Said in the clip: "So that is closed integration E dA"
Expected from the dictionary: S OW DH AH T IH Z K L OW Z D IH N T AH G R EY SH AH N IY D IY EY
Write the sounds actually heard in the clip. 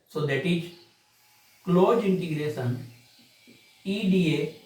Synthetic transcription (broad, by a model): S OW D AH T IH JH K L OW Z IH N T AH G R EY S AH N IY D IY EY